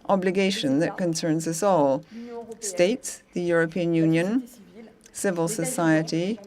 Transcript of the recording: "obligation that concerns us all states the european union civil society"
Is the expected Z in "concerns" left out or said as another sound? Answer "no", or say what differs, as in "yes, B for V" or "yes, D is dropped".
no